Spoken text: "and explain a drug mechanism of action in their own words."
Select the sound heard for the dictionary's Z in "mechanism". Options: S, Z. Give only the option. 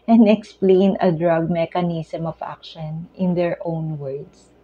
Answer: S